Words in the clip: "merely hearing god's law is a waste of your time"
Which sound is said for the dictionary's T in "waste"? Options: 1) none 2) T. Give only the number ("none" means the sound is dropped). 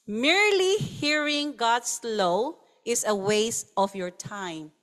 1